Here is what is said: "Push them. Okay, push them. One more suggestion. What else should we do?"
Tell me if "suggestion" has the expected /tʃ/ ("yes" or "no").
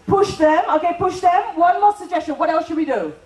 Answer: yes